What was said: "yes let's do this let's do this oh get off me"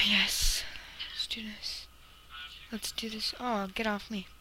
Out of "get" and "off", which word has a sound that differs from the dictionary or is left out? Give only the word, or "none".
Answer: none